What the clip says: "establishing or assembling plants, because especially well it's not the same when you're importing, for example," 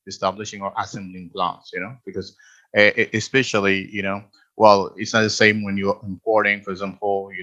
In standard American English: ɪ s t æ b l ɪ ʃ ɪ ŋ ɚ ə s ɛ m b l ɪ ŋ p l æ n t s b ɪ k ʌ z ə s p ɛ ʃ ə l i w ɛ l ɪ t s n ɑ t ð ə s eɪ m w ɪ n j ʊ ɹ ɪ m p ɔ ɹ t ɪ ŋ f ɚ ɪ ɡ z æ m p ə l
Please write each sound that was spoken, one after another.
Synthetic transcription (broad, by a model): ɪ s t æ b l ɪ ʃ ɪ ŋ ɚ ə s ɛ m b l ɪ ŋ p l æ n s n b ɪ k ʌ z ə s p ɛ ʃ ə n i w ɛ l ɪ t s n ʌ t ð ə s eɪ m w ɪ n j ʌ ɹ ɪ m p ɔ ɹ t ɪ ŋ f ɚ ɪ ɡ z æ m p l